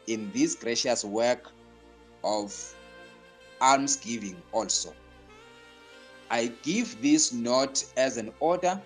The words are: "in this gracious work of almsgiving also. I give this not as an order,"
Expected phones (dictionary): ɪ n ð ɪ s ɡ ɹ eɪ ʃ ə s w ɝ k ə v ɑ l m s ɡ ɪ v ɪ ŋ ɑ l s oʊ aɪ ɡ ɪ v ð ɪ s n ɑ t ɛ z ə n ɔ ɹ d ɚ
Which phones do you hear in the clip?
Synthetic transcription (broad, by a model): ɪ n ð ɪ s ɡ ɹ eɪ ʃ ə s w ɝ k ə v ɑ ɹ m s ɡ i v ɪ ŋ ɑ l s oʊ aɪ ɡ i v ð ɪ s n ɑ t ɛ z ə n ɔ d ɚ